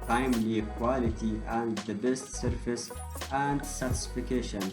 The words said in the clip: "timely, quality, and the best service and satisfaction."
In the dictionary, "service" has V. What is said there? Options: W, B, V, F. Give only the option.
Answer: F